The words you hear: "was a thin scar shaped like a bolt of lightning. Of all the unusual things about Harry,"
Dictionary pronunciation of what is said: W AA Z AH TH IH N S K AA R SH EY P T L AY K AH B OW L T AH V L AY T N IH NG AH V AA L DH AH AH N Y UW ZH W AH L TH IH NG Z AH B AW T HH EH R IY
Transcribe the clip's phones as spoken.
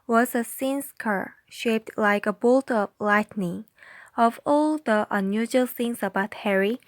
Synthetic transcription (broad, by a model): W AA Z AH S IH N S K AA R SH EY P T L AY K AH B OW L T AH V L AY T N IH NG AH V AA L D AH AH N Y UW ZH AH L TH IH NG S AH B AW T HH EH R IY